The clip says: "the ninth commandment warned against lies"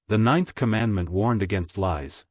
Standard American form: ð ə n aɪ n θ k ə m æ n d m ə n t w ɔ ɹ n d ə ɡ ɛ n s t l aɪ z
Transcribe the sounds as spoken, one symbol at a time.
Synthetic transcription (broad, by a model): ð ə n aɪ n θ k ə m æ n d m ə n t w ɔ ɹ n d ə ɡ ɛ n s t l aɪ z